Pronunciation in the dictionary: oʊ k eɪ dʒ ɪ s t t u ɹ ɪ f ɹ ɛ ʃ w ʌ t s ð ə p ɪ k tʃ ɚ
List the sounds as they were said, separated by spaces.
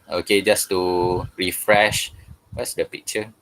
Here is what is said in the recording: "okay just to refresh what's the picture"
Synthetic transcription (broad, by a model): oʊ k eɪ dʒ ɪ s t t u ɹ ɪ f ɹ ɛ ʃ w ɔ t s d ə p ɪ k tʃ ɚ